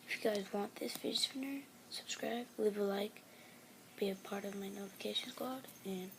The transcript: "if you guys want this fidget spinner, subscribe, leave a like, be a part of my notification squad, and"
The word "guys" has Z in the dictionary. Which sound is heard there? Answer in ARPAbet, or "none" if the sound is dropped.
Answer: Z